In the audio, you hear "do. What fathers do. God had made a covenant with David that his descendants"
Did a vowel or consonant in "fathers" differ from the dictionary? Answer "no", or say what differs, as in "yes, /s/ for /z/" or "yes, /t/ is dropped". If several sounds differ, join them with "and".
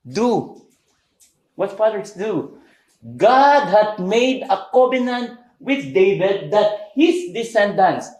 yes, /p/ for /f/ and /s/ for /z/